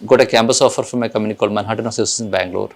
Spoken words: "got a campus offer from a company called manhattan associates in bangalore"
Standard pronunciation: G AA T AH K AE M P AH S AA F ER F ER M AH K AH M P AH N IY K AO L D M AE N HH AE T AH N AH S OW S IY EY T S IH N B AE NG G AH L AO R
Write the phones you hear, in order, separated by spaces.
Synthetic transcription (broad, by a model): G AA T AH K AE M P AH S AA F ER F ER M AH K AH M AH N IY K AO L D M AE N HH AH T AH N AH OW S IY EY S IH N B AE NG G L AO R